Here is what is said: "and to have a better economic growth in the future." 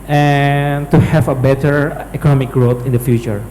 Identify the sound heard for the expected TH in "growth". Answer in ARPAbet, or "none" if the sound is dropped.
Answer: T